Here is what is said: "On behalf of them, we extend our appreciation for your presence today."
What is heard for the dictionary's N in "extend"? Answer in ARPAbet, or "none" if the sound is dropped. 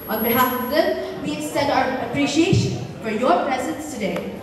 none